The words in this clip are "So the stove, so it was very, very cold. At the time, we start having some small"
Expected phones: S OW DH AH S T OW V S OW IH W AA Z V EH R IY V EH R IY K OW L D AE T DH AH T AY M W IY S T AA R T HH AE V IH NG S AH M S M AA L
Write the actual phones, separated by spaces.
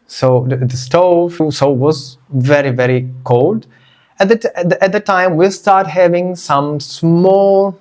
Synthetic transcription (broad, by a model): S OW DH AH S T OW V S OW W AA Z V EH R IY V EH R IY K OW L D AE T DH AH T AY M W IY S T AA R T HH AE V IH NG S AH M S M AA L